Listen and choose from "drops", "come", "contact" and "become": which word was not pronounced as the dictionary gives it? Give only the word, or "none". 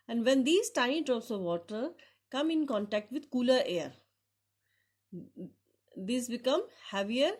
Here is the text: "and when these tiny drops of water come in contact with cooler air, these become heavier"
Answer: drops